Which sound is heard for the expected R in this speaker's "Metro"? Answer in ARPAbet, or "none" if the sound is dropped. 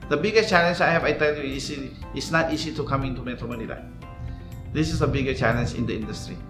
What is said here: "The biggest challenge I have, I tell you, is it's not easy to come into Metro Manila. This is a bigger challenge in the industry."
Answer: none